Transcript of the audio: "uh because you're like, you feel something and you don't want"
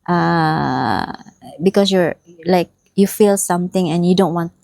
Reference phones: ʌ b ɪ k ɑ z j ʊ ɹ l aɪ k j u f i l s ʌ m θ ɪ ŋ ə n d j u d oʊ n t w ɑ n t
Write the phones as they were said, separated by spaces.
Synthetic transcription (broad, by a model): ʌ b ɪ k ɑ s j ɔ ɹ l aɪ k j u f i l s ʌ m t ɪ ŋ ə n j u d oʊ n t w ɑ n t